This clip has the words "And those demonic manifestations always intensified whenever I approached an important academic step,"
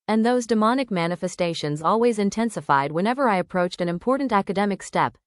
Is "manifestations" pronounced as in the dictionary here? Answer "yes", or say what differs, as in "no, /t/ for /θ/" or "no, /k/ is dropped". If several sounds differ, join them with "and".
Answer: yes